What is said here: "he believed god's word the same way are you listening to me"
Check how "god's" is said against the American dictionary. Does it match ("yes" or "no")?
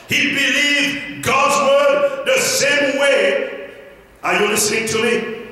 yes